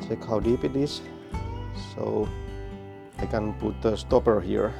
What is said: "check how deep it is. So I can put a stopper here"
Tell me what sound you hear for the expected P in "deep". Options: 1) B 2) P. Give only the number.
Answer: 2